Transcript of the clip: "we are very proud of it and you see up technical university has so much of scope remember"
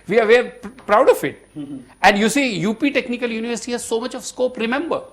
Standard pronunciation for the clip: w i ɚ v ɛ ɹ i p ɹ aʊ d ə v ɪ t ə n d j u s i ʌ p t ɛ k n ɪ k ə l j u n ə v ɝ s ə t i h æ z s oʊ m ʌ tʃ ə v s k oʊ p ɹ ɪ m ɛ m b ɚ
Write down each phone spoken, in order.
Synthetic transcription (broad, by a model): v i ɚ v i i p ɹ aʊ d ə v ɪ t ə n d j u s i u p t ɛ k n ɪ k ə l j u n ə v ɝ s ə t i h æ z s oʊ m ʌ tʃ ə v s k oʊ p ɹ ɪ m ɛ m b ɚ